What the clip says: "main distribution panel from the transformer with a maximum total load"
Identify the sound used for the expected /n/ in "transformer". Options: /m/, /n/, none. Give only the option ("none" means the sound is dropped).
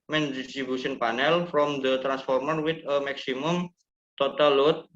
/n/